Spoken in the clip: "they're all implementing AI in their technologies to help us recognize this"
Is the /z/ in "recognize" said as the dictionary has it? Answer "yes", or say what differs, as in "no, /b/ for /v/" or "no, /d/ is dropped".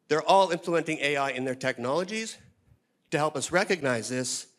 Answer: yes